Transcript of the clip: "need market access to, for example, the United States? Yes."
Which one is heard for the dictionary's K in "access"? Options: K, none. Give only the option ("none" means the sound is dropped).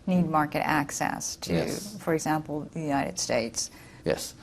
K